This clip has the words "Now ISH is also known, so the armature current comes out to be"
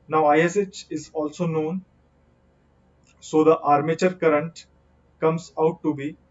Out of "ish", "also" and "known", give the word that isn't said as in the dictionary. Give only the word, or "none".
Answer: ish